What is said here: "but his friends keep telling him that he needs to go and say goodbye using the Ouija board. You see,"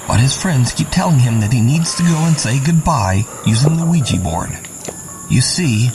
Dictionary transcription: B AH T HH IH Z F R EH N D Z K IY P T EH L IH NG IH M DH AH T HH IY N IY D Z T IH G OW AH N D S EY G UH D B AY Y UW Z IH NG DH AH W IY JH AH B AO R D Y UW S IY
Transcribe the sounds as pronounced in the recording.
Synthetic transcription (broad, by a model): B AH T HH IH Z F R EH N D Z K IY P T EH L IH NG IH M DH AH T HH IY N IY D Z T IH G OW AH N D S EY G UH D B AY Y UW Z IH NG DH AH W IY JH AH B AO R D Y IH S IY